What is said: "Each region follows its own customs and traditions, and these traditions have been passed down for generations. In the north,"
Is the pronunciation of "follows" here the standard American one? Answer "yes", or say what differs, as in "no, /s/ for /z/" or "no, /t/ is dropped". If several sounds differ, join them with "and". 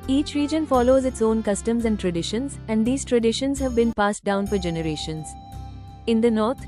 yes